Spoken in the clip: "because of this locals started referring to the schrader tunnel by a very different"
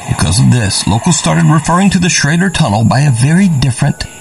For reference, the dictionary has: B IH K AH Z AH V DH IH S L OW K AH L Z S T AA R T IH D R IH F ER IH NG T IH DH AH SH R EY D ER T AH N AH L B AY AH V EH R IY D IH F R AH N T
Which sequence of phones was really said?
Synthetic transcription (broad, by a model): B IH K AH Z AH V DH IH S L OW K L S T AA R T IH D R IH F ER IH NG T IH DH AH SH R EY D ER T AH N L B AY AH V EH R IY D IH F R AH N T